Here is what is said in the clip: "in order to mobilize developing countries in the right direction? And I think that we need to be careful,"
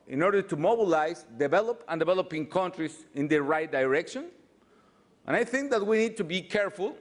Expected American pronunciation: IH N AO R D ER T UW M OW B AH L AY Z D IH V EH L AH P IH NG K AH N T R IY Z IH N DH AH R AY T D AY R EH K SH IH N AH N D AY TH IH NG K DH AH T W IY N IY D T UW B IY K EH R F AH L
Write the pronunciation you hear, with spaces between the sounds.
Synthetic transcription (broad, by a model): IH N AO R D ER T UW M OW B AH L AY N D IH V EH L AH P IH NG K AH N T R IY S IH N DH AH R AY T D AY R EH K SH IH N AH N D AY TH IH NG K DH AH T W IY N IY D T UW B IY K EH R F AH L